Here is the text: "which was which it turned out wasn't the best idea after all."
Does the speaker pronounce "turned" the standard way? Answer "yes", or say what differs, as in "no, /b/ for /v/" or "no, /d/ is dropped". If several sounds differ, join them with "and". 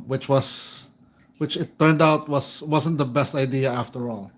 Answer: yes